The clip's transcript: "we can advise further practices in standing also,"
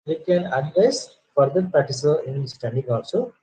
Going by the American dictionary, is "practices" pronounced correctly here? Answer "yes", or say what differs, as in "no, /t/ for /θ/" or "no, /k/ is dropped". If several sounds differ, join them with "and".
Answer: no, /k/ is dropped and /z/ is dropped